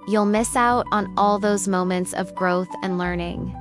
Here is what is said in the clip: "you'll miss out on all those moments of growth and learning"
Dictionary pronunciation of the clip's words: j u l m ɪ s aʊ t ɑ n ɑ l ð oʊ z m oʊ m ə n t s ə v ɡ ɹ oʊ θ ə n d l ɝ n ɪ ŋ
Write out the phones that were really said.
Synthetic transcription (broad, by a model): j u l m ɪ s aʊ t n ɑ l ð oʊ z m oʊ m ə n t s ə v ɡ ɹ oʊ θ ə n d l ɝ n ɪ ŋ